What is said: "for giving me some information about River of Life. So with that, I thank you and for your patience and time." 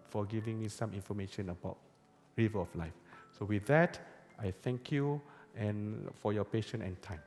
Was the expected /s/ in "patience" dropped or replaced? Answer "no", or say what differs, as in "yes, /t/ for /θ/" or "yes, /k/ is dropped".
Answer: yes, /s/ is dropped